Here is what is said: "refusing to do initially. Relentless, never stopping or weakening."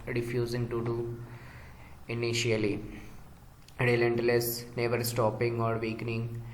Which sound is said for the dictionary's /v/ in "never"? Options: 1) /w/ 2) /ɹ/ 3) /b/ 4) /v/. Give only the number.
4